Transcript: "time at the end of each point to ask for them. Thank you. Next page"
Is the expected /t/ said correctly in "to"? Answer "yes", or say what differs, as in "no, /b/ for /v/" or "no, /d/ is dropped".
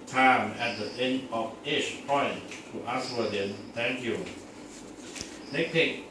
yes